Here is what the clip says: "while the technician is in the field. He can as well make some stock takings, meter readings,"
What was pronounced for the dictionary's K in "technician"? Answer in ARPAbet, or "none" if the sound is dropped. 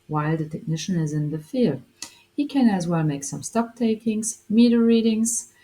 K